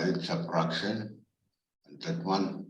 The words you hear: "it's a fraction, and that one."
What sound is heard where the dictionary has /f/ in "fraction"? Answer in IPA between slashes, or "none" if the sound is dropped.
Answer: /p/